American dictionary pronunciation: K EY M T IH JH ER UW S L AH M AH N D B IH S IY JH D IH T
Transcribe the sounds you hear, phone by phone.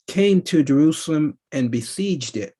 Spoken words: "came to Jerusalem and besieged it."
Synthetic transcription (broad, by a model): K EY M T IH JH ER UW S L AH M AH N B IH S IY JH D IH T